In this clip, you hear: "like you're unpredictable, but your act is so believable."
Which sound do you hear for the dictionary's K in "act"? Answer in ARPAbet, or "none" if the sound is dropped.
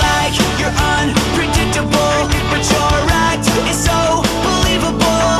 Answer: none